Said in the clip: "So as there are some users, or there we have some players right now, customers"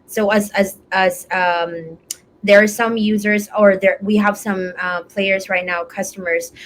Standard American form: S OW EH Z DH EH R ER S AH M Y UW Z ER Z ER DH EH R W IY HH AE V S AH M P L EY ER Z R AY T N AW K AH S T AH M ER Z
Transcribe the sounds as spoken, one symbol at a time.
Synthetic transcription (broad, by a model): S OW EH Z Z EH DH ER S AH M Y UW Z ER Z ER DH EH R W IY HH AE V S AH M P L EY ER Z R AY T N AW K AH S T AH M ER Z